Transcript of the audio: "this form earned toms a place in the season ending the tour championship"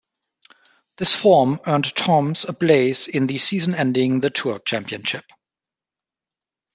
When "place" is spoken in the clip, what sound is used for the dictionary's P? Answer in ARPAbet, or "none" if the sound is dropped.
B